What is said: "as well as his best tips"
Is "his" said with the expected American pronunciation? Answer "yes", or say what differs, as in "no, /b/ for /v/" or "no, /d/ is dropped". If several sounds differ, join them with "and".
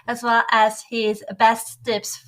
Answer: yes